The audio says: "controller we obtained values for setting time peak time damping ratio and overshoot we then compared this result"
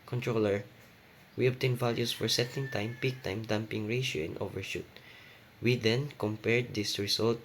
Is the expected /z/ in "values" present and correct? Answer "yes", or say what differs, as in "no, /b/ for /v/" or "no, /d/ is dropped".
no, /s/ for /z/